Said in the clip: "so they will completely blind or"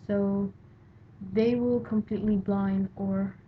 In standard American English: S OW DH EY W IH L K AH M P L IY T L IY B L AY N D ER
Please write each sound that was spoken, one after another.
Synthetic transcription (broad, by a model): S OW DH EY W IH L K AH M P L IY T L IY B L AY N D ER